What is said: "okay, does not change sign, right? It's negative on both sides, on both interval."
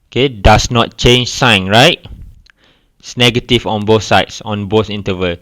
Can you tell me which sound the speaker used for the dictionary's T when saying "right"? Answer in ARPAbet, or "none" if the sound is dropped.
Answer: none